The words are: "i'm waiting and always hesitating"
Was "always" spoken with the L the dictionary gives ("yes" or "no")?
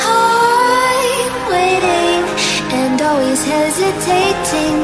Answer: yes